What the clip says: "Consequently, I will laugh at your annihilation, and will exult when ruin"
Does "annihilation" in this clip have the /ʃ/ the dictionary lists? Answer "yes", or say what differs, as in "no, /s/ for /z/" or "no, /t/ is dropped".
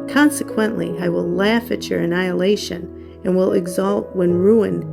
yes